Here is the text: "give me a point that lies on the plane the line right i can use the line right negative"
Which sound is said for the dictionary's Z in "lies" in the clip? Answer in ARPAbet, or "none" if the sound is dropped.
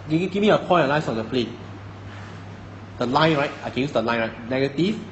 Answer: S